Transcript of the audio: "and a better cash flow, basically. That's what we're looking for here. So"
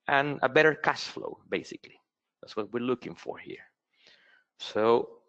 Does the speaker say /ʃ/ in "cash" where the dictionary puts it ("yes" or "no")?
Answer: no